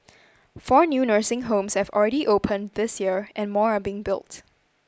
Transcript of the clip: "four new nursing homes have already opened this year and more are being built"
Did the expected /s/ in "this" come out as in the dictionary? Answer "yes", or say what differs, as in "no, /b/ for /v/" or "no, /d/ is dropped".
yes